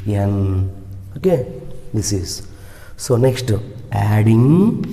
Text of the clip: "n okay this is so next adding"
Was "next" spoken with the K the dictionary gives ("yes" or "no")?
yes